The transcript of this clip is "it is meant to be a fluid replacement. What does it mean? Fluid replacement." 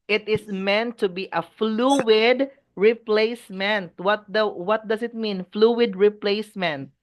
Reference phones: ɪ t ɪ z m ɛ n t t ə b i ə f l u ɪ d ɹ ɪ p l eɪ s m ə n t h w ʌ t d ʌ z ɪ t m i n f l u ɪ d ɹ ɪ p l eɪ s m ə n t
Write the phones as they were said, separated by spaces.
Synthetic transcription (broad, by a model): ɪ t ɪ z m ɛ n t t ə b i ə f l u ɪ d ɹ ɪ p l eɪ s m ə n t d w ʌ t d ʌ s ɪ t m i n f l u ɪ d ɹ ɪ p l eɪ s m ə n t